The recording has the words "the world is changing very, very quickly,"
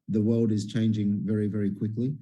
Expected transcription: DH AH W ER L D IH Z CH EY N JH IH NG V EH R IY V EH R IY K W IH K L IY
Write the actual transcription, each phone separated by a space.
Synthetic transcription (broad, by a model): DH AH W ER L D IH Z CH EY N JH IH NG V EH R IY V EH R IY K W IH K L IY